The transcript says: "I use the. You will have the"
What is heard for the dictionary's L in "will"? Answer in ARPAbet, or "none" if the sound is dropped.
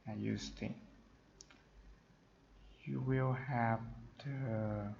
L